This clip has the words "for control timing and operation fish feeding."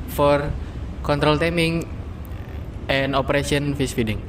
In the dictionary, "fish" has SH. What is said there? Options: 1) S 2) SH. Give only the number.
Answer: 1